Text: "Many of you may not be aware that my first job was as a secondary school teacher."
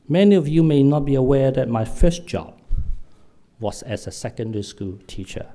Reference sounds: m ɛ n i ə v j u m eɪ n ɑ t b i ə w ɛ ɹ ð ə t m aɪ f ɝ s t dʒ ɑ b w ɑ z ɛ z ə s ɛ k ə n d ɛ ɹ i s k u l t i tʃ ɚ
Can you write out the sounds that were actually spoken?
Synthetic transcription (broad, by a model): m ɛ n i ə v j u m eɪ n ɑ t b i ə w ɛ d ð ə t m aɪ f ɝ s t dʒ ɑ b w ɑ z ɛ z ə s ɛ k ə n d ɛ ɹ i s k u l t i tʃ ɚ